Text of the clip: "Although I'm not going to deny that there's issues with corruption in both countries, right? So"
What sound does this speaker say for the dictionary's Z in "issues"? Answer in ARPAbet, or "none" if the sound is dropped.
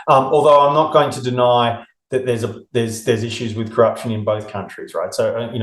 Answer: Z